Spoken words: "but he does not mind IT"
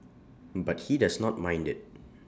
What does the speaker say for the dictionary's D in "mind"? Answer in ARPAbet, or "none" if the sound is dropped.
D